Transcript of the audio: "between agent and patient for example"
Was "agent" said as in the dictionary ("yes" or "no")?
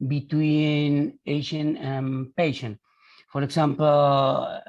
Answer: no